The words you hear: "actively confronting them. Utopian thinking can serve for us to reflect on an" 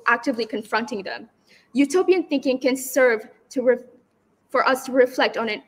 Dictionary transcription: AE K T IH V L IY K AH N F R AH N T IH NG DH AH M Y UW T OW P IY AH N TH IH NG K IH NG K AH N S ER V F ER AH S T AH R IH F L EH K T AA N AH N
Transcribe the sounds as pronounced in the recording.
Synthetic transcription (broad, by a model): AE K T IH V L IY K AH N F R AH N T IH NG DH AH M Y UW T OW P IY AH N TH IH NG K IH NG K AH N S ER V F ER AH S T AH R IH F L EH K T N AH N